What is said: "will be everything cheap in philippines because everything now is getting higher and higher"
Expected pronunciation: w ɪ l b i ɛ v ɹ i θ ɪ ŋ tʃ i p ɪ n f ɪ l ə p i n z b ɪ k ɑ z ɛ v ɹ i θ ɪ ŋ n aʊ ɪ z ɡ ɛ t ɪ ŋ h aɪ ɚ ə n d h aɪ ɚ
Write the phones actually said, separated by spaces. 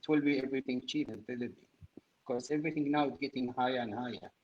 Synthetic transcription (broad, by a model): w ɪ l b i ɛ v ɹ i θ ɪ ŋ tʃ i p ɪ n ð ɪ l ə b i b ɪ k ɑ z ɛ v ɹ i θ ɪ ŋ n aʊ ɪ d ɡ ɛ t ɪ ŋ h aɪ ɚ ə n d h aɪ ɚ